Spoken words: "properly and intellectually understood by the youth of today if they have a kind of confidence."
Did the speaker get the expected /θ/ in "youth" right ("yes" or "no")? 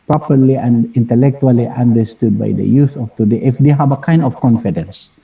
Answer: no